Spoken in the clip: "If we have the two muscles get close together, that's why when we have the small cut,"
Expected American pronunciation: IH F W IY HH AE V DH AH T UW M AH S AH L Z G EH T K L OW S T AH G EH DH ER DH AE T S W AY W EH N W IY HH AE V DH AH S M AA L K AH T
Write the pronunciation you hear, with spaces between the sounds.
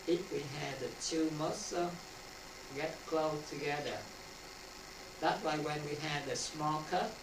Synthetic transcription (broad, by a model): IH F W IY HH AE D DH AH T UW M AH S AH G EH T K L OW T AH G EH DH ER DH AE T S W AY W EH N W IY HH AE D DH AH S M AA L K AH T